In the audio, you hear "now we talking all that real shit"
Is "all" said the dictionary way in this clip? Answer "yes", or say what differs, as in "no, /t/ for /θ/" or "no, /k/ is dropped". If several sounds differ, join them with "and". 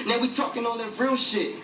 no, /n/ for /l/